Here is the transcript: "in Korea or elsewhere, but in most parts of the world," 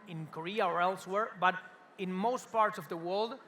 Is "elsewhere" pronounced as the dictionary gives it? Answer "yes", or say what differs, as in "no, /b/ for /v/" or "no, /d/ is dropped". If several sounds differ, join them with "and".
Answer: yes